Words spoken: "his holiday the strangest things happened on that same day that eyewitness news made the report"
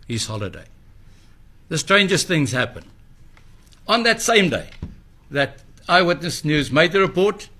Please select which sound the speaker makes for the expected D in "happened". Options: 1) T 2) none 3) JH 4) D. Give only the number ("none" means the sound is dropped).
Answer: 2